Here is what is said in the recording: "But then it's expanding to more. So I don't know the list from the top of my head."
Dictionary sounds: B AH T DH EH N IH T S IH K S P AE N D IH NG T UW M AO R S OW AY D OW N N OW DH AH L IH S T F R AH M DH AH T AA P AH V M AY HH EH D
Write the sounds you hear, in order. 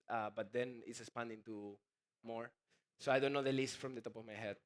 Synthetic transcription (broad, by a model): B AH T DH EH N IH T S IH S P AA N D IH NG T UW M AO R S OW AY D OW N N OW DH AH L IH S T F R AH M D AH T AA P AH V M AY HH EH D